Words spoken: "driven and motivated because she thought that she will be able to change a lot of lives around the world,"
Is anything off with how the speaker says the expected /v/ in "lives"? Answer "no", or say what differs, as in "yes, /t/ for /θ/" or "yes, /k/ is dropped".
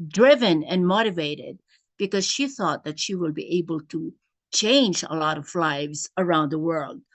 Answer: no